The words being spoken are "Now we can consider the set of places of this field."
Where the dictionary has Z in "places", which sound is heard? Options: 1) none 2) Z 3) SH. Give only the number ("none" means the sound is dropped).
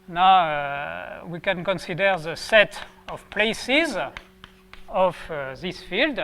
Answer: 2